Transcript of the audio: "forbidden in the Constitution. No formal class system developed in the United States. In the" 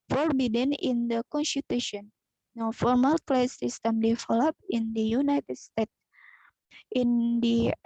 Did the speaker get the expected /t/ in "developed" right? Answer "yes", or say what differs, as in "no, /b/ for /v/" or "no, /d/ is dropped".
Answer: no, /t/ is dropped